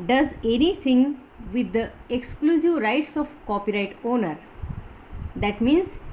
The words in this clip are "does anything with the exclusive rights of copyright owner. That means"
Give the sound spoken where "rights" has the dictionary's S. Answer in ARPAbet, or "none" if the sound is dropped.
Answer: S